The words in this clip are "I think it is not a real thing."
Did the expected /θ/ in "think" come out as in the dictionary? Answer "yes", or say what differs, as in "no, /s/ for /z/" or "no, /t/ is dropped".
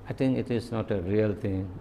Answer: no, /t/ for /θ/